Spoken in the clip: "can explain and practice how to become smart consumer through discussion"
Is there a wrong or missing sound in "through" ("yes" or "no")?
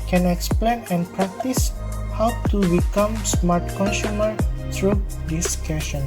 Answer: yes